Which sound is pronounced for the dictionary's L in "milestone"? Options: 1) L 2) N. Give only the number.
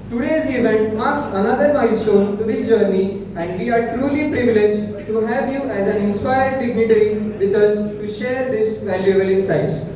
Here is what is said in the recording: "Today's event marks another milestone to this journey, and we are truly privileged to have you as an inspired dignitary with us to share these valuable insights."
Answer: 2